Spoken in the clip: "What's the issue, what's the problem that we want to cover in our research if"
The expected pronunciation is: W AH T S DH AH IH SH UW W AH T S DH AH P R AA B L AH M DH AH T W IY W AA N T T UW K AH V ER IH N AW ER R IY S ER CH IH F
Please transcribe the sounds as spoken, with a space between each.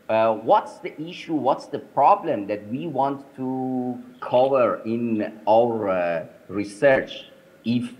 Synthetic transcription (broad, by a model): W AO T S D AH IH SH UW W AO T S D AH P R AA B L AH M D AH T W IY W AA N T T UW K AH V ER IH N AW ER R IY S ER CH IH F